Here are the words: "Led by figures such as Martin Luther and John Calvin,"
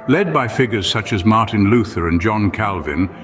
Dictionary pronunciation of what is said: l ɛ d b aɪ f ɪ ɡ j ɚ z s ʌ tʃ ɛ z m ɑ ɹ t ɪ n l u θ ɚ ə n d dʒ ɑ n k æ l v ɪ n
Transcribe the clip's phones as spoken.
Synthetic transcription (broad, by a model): l ɛ d b aɪ f ɪ ɡ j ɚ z s ʌ tʃ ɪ z m ɑ ɹ t ɪ n l u θ ɚ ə n dʒ ɑ n k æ l v ɪ n